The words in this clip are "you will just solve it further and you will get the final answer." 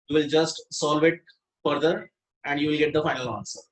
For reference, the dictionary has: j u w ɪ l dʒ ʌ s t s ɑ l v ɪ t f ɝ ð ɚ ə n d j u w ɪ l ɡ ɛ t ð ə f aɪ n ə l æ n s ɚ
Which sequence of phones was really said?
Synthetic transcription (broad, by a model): j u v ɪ l dʒ ʌ s t s ɑ l v ɪ t f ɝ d ɚ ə n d j u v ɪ l ɡ ɛ t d ə f aɪ n ə l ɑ n s ɚ